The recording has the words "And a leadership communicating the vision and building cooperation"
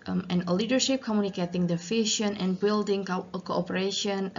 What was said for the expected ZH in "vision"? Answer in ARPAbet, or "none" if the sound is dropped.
SH